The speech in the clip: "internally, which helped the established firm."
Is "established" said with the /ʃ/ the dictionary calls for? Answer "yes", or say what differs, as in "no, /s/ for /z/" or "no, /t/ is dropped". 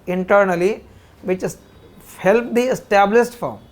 no, /s/ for /ʃ/